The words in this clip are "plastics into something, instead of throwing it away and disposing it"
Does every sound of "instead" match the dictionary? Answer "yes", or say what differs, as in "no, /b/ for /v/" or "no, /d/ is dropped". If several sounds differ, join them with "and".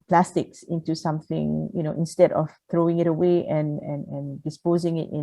yes